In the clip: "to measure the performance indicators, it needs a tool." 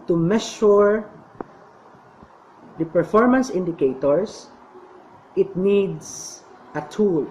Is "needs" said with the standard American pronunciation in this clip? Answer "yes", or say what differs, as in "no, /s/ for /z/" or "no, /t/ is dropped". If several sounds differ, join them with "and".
no, /s/ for /z/